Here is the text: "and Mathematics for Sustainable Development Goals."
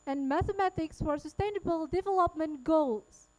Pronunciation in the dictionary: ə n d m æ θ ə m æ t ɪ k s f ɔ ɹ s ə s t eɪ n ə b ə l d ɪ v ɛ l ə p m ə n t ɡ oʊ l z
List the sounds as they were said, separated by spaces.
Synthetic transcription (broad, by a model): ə n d m æ θ ə m æ t ɪ k s f ɔ ɹ s ə s t eɪ n ə b ə l d ɪ v ɛ l ə p m ə n t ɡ oʊ l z